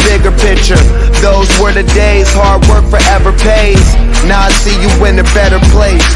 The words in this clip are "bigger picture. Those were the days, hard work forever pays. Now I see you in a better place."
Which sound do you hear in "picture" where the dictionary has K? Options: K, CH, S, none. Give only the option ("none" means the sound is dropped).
K